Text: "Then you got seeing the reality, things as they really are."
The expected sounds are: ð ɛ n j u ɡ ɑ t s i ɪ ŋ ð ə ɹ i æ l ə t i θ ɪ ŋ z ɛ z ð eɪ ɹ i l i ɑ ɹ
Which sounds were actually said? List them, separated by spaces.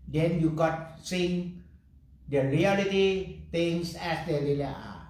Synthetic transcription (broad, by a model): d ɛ n j u ɡ ɑ t s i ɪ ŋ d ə ɹ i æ l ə t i t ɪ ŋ s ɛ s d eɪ ɹ i l i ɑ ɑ